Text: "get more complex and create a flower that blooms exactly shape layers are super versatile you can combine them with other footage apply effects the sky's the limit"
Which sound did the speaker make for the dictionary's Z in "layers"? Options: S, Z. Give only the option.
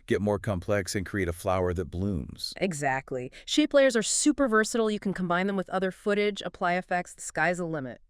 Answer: Z